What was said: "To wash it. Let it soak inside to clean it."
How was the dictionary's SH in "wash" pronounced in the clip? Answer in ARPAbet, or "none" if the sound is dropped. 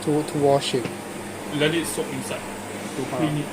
SH